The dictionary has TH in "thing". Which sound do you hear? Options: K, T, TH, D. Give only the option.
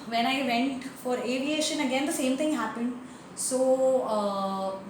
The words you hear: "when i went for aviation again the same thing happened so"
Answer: T